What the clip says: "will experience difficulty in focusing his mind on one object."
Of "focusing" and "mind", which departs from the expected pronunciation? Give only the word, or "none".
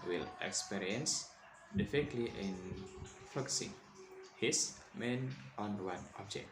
mind